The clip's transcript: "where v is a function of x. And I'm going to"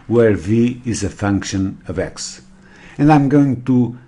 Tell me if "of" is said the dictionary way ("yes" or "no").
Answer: yes